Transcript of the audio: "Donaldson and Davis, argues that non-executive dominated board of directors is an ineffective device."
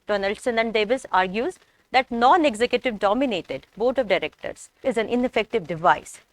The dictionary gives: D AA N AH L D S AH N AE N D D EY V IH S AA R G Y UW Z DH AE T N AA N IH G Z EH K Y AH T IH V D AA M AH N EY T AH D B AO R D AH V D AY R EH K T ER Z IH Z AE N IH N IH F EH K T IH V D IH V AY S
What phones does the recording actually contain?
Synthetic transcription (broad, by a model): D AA N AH L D S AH N AE N D D EY V IH S AA R G Y UW Z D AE T N AA N IH G Z EH K Y AH T IH V D AA M AH N EY T AH D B AO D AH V D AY R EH K T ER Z IH Z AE N IH N IH F EH K T IH V D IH V AY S